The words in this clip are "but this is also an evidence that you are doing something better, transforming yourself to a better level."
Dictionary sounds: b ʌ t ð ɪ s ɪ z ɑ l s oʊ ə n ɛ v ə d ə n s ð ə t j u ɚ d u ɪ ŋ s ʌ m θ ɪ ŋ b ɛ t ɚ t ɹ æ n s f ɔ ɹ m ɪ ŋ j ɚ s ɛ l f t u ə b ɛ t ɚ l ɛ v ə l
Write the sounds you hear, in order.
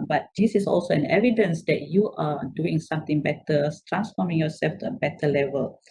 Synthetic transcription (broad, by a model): b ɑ t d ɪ s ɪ s ɑ l s oʊ ə n ɛ v ə d ə n s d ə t j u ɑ d u ɪ ŋ s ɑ m t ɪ ŋ b ɛ t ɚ t ɹ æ n s f ɔ m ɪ ŋ j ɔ s ɛ l f t u ə b ɛ t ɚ l ɛ v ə l